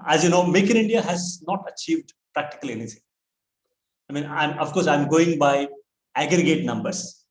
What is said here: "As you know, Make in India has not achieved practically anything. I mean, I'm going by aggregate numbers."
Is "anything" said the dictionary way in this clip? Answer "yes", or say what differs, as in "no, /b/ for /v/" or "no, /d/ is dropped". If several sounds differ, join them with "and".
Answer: no, /t/ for /θ/